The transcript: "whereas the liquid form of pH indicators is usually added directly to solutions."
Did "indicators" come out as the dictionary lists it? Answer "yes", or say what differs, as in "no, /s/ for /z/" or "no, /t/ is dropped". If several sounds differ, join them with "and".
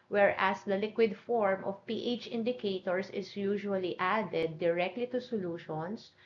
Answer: no, /s/ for /z/